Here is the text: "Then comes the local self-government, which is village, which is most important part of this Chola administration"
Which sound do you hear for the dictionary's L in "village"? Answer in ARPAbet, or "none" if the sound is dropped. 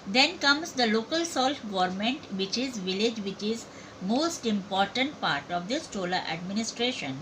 L